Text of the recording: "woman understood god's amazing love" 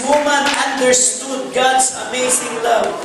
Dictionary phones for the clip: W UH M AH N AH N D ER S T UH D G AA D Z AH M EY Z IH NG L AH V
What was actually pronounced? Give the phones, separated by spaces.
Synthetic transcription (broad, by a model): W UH M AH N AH N D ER S T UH D G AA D S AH M EY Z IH NG L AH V